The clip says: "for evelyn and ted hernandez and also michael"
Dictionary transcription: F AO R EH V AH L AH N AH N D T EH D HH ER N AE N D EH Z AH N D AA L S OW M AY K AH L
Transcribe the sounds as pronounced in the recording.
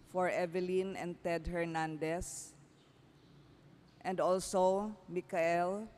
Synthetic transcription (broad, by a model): F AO R EH V AH L AH N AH N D T EH D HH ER N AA N D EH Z AH N D AA L S OW M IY K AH L